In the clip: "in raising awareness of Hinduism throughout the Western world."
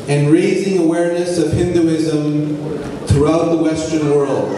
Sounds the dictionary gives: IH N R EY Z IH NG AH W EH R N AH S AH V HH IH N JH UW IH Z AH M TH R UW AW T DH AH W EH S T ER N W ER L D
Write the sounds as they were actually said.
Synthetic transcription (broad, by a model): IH N R EY Z IH NG AH W EH R N AH S AH V HH IH N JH UW IH Z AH M TH R UW AW T DH AH W EH S T ER N W ER L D